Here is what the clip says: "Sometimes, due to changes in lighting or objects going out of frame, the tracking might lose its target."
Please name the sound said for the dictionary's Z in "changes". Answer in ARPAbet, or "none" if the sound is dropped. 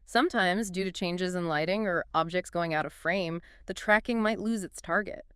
Z